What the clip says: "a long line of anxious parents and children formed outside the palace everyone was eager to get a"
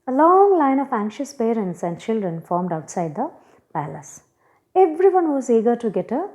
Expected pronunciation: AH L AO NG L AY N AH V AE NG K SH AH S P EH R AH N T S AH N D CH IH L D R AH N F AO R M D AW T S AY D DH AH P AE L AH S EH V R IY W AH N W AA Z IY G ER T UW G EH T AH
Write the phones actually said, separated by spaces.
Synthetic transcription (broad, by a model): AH L AO NG L AY N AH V AE NG K SH AH S P EH R AH N T S AH N D CH IH L D R AH N F AO R M D AW T S AY D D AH P AE L AH S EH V R IY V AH N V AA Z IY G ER T UW G EH T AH